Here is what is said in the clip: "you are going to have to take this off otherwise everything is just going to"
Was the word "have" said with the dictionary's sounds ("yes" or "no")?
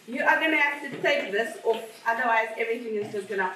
no